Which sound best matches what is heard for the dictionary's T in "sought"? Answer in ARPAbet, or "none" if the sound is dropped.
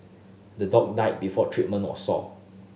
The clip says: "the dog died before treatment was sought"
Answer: none